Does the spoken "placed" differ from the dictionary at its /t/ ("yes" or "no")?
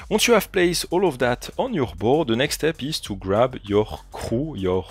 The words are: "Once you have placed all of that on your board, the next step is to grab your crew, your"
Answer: yes